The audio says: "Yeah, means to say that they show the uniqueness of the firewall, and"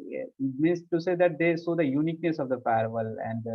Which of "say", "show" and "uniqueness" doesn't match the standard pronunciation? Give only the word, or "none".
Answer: show